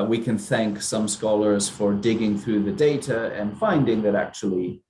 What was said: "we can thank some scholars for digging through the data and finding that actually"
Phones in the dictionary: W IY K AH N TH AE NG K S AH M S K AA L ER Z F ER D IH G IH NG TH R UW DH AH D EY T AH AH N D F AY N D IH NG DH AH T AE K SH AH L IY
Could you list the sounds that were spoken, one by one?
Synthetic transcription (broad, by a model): W IY K AH N TH AE NG K S AH M S K AA L ER Z F ER D IH G IH NG TH R UW DH AH D EY T AH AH N F AY N D IH NG DH AH T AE K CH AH L IY